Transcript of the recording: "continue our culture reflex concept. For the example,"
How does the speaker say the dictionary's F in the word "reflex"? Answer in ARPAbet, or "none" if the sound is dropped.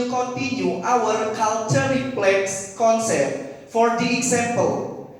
P